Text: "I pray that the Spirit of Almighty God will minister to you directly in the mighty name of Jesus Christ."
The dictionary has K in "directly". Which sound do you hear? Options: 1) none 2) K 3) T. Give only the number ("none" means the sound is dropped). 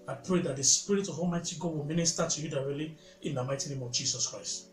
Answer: 1